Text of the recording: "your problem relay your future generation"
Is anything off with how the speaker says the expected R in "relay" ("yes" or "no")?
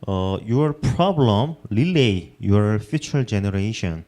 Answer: yes